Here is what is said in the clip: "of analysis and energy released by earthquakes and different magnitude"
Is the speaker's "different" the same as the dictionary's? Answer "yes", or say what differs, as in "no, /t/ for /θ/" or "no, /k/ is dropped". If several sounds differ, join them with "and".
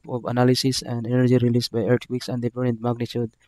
no, /f/ is dropped